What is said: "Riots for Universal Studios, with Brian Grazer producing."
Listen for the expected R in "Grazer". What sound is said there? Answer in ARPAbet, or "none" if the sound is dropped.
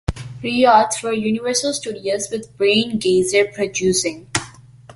none